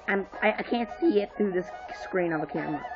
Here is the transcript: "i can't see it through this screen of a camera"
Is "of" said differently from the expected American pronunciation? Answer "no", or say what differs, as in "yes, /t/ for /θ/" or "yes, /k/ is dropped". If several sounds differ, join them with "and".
no